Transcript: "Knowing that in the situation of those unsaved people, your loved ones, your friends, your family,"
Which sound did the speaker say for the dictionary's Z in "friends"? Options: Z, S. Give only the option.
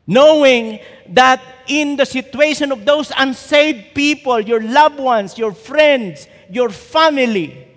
S